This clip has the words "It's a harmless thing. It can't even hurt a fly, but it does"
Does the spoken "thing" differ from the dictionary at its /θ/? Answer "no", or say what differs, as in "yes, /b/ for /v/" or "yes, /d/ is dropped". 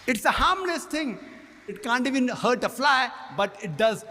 yes, /t/ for /θ/